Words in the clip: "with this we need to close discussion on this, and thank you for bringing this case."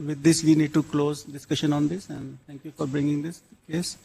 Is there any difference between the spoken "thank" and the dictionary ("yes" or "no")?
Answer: yes